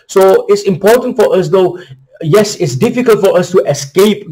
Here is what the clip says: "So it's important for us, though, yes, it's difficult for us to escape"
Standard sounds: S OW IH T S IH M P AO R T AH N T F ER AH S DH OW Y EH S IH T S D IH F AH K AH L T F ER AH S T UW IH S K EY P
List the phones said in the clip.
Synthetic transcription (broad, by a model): S OW IH T S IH M P AO T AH N T F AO AH S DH OW Y EH S IH T S D IH F AH K AH L T F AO AH S T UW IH S K EY P